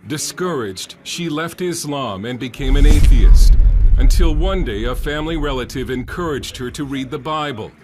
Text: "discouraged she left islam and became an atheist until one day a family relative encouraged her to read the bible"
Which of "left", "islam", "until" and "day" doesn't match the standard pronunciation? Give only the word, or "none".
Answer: none